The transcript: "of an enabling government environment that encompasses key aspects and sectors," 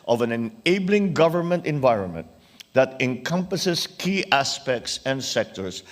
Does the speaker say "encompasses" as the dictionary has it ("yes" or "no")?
no